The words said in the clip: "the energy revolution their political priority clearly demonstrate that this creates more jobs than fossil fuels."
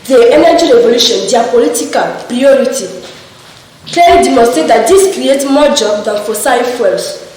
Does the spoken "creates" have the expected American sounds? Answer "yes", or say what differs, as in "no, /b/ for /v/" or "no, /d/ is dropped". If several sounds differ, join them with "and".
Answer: no, /s/ is dropped